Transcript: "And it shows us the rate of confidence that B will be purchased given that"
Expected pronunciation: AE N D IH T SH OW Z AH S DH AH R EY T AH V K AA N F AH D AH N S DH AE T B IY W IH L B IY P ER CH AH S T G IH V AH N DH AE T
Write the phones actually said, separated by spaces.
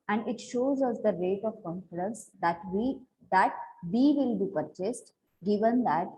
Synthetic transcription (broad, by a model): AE N D IH T SH OW Z AH S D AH R EY T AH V K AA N F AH D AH N S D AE T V IY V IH L B IY P ER CH AH S T G IH V AH N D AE T